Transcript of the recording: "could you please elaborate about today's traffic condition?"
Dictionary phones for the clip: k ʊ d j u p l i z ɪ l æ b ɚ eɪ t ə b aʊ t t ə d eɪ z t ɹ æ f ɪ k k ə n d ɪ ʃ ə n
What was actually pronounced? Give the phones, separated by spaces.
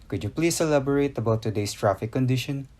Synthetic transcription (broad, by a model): k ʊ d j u p l i s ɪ l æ b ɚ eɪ t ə b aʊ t t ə d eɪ s t ɹ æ f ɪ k k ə n d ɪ ʃ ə n